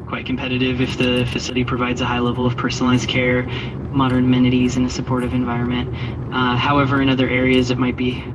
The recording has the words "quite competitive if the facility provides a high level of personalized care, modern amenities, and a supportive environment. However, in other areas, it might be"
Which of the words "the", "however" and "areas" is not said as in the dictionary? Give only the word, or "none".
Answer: none